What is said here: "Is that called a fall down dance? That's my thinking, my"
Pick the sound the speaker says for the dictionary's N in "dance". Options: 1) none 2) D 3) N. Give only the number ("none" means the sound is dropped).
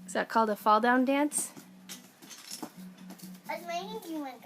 3